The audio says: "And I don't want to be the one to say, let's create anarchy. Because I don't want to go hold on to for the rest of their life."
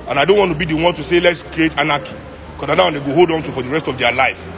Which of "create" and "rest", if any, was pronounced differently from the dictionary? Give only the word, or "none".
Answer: none